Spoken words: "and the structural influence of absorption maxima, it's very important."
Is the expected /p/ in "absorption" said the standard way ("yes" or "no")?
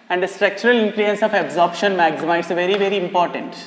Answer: yes